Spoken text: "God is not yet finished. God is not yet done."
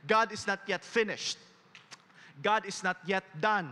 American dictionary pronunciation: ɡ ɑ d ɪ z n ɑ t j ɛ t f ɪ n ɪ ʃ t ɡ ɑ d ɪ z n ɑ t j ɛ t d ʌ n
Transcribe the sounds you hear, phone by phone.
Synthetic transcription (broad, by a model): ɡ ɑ d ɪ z n ɑ t j ɛ t f ɪ n ɪ ʃ t ɡ ɑ d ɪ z n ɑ t j ɛ t d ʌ n